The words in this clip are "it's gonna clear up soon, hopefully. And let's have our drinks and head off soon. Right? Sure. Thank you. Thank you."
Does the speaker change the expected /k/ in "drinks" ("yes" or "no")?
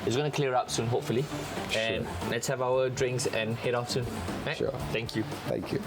no